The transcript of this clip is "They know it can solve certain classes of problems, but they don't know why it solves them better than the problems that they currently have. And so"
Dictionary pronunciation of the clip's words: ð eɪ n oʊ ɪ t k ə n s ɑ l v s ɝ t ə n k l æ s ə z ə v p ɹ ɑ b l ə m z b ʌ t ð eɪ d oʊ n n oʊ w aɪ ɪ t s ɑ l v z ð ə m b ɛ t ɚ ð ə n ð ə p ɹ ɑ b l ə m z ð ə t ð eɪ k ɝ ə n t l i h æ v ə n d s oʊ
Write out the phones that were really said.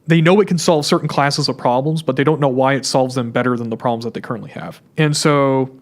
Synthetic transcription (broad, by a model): ð eɪ n oʊ ɪ t k n s ɑ l v s ɝ t n k l æ s ə z ə v p ɹ ɑ b l ə m z b ʌ t ð eɪ d oʊ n n oʊ w aɪ ɪ t s ɑ l v z ð ə m b ɛ t ɚ ð ə n ð ə p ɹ ɑ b l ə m z ð ə t ð eɪ k ɝ ə n t l i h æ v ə n s oʊ